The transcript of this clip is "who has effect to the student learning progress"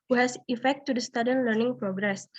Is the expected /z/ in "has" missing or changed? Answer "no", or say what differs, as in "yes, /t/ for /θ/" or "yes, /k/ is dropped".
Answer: yes, /s/ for /z/